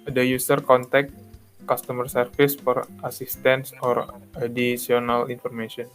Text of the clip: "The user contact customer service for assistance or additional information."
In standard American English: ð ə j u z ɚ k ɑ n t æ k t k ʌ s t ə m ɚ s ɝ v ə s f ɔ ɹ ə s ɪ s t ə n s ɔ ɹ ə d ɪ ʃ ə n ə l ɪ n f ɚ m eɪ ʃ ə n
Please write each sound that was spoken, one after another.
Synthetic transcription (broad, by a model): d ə j u s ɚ k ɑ n t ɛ k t k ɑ s t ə m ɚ s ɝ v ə s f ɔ ɹ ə s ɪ s t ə n s ɔ ɹ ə d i s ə n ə l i n f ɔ m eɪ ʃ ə n